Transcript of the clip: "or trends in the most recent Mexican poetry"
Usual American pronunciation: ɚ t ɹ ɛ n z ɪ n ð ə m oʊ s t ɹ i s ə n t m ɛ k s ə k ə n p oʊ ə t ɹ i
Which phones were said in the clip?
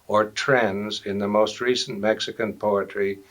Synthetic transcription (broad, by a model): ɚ t ɹ ɛ n z ɪ n ð ə m oʊ s t ɹ i s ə n m ɛ k s ə k ə n p oʊ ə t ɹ i